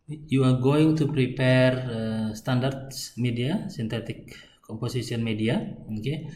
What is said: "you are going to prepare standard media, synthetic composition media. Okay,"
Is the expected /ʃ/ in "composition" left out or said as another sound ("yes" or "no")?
yes